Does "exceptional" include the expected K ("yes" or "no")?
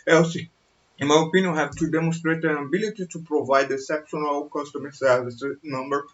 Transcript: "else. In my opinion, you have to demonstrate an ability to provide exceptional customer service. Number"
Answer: no